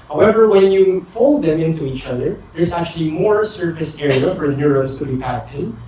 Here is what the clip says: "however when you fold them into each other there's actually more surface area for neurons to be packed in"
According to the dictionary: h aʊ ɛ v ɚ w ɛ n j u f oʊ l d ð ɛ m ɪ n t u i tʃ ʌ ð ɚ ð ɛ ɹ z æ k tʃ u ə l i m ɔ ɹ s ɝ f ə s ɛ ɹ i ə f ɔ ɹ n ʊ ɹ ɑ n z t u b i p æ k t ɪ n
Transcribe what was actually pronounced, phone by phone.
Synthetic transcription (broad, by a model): h aʊ ɛ v ɚ w ɛ n j u f oʊ l d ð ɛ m ɪ n t u i tʃ ʌ ð ɚ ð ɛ ɹ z æ k tʃ u ə l i m ɔ ɹ s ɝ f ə s ɛ ɹ i ə f ɔ ɹ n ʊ ɹ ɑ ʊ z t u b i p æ t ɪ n